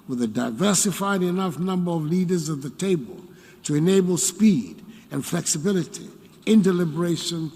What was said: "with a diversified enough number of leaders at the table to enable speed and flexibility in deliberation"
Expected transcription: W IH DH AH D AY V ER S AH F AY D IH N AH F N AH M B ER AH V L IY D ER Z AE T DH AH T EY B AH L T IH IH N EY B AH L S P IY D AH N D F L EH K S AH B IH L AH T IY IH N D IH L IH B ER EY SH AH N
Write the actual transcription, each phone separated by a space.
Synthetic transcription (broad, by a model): W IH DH AH D AY V ER S AH F AY D IH N AH F N AH M B ER AH V L IY D ER Z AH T DH AH T EY B AH L T IH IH N EY B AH L S P IY D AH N F L EH K S AH B IH L AH T IY IH N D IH L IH B ER EY SH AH N